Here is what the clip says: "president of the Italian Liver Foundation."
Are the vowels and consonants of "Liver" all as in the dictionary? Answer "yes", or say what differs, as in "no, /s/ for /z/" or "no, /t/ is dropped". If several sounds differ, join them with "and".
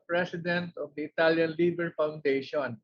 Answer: no, /b/ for /v/